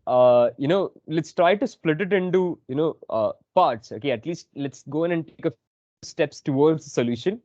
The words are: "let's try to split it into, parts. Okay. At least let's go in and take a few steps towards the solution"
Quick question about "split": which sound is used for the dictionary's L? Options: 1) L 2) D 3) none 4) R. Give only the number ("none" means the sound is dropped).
1